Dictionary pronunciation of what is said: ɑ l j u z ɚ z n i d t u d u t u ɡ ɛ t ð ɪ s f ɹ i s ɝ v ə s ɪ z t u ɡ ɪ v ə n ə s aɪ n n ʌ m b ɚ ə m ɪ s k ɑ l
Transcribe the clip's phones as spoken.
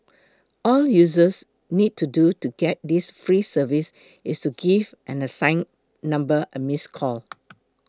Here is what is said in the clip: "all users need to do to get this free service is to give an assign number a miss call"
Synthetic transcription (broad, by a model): ɑ l j u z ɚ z n i d t u d u t u ɡ ɛ t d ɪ s f ɹ i s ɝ v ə s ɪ s t u ɡ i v ə n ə s aɪ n n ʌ m b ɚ ə m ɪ s k ɑ l